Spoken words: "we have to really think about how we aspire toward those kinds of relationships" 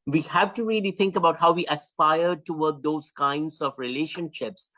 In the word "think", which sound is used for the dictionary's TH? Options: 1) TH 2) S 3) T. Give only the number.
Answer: 3